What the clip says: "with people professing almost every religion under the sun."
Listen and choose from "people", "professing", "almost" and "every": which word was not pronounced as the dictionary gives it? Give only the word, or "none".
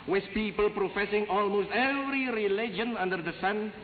none